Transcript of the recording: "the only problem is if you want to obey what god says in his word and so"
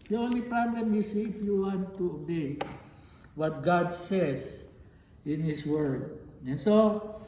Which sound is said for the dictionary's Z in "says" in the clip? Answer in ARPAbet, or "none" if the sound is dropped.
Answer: S